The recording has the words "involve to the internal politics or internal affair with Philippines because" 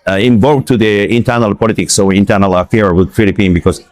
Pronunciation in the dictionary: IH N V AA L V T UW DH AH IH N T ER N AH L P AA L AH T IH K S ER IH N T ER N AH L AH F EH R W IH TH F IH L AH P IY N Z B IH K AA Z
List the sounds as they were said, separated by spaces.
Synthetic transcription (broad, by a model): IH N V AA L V T UW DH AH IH N T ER N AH L P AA L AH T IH K S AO IH N T ER N AH L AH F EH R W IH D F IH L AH P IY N B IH K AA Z